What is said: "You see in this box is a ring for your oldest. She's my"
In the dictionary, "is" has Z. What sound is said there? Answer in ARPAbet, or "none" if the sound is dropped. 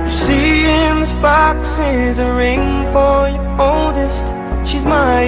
Z